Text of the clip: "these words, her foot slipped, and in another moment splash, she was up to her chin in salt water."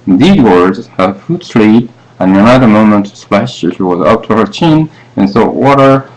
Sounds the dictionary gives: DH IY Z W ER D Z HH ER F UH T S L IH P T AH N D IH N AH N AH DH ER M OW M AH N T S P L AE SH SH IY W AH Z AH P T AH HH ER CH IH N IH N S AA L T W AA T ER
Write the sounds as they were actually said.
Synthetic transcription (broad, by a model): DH IY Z W ER D Z HH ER F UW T S L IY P AH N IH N AH N AH DH ER M OW M AH N T S P L AE SH SH IY W AH Z AH P T AH HH ER CH IH N IH N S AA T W AA T ER